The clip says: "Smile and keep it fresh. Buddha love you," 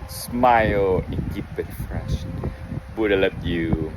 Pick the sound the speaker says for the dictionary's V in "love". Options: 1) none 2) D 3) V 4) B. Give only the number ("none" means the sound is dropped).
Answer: 4